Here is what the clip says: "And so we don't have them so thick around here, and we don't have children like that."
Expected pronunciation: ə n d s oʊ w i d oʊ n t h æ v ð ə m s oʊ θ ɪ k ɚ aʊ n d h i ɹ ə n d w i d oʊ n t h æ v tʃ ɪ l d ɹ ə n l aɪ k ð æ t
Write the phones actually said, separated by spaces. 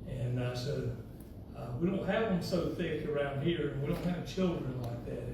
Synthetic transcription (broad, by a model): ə n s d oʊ w i d oʊ n t h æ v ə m s oʊ θ ɪ k ɚ aʊ n d h i ɹ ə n w i d oʊ n t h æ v tʃ ɪ l d ɹ ə n l aɪ k ð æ t